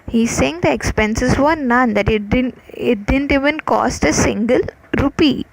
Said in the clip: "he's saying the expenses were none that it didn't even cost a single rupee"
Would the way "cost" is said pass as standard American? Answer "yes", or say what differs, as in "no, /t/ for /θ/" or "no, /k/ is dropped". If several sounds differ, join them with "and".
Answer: yes